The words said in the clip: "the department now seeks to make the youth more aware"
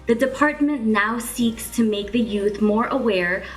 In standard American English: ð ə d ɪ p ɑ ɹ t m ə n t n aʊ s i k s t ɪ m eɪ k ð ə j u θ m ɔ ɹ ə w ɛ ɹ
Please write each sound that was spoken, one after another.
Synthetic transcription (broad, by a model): ð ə d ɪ p ɑ ɹ t m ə n n aʊ s i k s t ɪ m eɪ k ð ə j u θ m ɔ ɹ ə w ɛ ɹ